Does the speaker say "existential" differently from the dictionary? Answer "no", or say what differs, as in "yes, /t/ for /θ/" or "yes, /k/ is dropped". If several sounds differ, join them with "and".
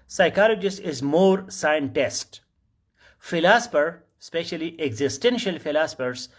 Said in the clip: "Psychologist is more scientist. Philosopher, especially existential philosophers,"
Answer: no